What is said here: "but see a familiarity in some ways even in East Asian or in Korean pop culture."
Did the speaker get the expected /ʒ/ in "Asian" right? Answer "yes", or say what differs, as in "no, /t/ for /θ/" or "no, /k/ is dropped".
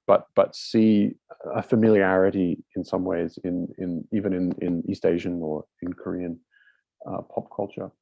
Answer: yes